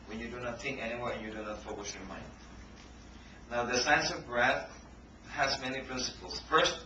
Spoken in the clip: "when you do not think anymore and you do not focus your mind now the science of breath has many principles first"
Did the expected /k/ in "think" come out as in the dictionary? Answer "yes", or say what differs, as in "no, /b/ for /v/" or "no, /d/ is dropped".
yes